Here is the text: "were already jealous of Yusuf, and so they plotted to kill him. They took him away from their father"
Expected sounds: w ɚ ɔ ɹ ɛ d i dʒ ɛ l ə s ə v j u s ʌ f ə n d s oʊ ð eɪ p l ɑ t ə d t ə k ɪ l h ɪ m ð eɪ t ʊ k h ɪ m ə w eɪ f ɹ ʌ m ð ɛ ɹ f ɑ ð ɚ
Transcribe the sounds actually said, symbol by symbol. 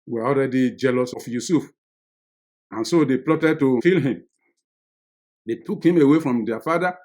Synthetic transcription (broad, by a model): w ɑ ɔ l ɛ d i dʒ ɛ l ə s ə f j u s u f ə n s oʊ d eɪ p l ɑ t ə d t ə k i l h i m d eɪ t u k h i m ə w eɪ f ɹ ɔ m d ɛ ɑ f ɑ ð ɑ